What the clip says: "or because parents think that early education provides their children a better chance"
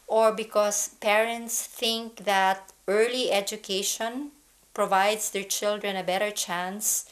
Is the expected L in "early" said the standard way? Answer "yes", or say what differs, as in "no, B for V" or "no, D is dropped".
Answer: yes